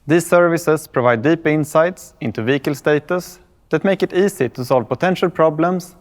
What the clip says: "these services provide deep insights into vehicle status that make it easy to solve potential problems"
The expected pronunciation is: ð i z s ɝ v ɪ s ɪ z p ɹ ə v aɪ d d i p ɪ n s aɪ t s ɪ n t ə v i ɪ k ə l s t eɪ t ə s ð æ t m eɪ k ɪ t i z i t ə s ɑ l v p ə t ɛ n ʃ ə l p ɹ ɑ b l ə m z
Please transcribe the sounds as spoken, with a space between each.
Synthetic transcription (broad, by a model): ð i s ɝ v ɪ s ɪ s p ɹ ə v aɪ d d i p ɪ n s aɪ t s ɪ n t ə v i k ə l s t eɪ t ə s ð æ t m eɪ k ɪ t i s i t ə s ɑ l v p ə t ɛ n ʃ ə l p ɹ ɑ b l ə m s